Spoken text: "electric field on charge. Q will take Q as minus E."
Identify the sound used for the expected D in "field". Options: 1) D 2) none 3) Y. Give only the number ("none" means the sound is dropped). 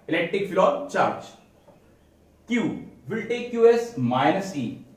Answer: 2